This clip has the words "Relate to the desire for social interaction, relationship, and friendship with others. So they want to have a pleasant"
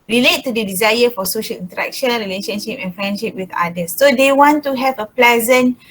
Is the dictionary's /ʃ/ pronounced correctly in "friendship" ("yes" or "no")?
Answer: yes